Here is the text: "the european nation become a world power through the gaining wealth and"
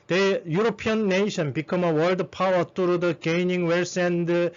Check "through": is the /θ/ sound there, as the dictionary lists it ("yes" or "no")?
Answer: no